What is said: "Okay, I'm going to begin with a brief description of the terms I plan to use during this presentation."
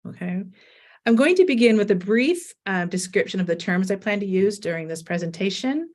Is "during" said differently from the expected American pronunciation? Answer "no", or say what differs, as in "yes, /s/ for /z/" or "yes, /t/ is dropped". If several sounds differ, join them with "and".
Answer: no